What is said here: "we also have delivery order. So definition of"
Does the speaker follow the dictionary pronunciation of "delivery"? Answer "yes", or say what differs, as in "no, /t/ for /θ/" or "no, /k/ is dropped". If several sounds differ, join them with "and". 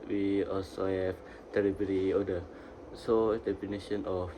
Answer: no, /b/ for /v/